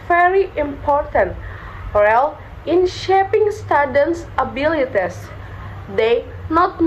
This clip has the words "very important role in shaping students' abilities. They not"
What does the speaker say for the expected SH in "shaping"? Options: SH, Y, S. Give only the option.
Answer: SH